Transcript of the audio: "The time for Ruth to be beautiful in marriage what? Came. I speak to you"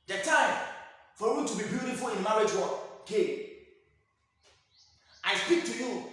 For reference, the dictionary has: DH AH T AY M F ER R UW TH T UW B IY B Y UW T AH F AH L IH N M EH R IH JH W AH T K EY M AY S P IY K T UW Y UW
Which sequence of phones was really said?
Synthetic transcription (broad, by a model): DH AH T AY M F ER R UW T UW B IY B Y UW T AH F AH L IH N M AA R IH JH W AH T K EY AY S P IY K T UW Y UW